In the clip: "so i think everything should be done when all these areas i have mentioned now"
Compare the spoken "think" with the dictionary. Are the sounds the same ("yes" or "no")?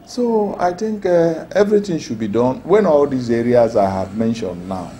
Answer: no